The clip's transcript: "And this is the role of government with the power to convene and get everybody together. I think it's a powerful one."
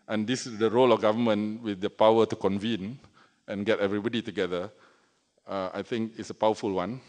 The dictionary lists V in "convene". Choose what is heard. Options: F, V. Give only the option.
V